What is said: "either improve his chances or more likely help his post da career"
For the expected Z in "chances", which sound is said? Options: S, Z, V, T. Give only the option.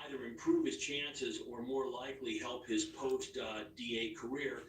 Z